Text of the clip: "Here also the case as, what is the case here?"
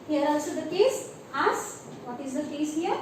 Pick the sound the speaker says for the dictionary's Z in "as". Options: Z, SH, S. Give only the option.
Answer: S